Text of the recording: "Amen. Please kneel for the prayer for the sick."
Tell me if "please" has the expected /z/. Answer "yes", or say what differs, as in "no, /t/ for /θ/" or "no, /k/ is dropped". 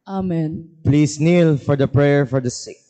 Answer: no, /s/ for /z/